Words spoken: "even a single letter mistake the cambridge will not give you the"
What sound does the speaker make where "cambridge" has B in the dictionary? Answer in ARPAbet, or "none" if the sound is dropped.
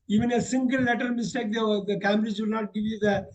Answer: none